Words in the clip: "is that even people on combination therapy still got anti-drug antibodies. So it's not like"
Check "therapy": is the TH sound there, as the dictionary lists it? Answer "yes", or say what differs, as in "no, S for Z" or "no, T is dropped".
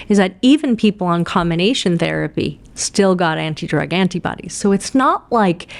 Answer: yes